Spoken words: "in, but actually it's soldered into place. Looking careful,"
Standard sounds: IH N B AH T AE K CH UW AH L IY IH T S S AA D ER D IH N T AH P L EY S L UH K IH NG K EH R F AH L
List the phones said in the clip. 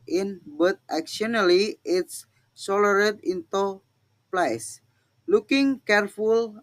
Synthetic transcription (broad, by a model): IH N B AH T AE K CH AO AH L IY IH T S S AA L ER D IH N T AH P L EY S L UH K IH NG K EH R F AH L